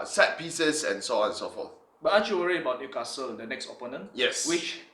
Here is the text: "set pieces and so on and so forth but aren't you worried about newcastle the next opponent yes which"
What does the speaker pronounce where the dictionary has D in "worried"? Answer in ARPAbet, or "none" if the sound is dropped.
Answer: none